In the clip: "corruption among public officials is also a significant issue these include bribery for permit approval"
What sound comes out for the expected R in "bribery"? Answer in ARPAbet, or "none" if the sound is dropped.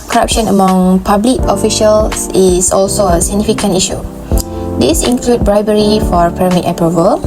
R